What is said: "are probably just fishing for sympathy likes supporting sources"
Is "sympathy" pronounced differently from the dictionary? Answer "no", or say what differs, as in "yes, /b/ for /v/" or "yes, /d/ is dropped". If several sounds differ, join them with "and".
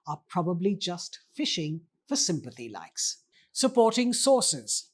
no